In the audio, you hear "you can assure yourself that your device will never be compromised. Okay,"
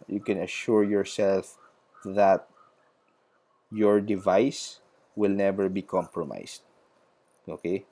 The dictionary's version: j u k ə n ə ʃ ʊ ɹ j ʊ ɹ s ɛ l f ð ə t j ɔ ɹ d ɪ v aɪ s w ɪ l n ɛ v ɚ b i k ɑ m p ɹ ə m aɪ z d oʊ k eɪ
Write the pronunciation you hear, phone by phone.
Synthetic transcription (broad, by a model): j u k ə n ə ʃ ʊ ɹ j ʊ ɹ s ɛ l f ð ə t j ɔ ɹ d ɪ v aɪ s w ɪ l n ɛ v ɚ b i k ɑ m p ɹ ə m aɪ s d oʊ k eɪ